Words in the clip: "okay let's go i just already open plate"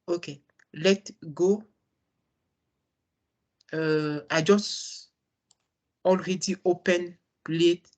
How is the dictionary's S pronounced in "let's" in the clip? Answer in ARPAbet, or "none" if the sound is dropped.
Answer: none